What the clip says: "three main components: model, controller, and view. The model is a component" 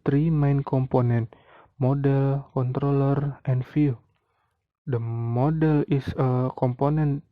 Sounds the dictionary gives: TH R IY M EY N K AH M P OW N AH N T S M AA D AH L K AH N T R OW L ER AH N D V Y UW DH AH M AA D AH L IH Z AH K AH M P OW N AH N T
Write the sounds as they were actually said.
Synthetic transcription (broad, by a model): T R IY M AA N K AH M P OW N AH N T M AA D AH L K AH N T R OW L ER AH N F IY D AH M AA D AH L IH S AH K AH M P OW N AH N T